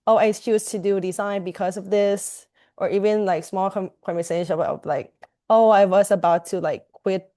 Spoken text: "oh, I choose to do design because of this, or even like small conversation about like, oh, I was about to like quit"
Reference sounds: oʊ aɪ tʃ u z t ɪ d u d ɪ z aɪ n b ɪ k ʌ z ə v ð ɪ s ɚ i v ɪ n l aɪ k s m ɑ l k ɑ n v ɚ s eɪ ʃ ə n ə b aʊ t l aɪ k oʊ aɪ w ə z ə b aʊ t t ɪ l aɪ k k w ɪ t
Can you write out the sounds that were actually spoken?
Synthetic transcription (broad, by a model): oʊ aɪ s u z t ɪ d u d ɪ z aɪ n b ɪ k ʌ z ə v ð ɪ s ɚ i v ɪ n l aɪ k s m ɑ l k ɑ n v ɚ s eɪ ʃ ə ə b l aɪ k oʊ aɪ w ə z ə b aʊ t t ɪ l aɪ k k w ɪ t